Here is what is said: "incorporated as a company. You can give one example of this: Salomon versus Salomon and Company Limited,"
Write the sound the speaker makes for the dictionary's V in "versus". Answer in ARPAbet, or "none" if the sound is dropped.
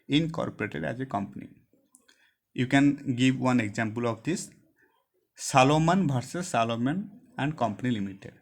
B